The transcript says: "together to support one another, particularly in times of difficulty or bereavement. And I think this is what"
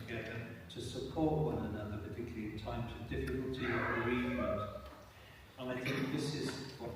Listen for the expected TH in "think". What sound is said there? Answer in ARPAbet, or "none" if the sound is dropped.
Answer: TH